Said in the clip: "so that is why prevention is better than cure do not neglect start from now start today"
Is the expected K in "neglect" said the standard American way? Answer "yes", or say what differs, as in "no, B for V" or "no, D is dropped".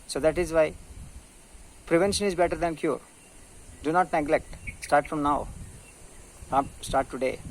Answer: yes